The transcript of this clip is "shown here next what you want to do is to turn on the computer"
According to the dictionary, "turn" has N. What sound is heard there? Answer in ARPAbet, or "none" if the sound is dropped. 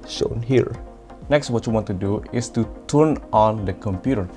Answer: N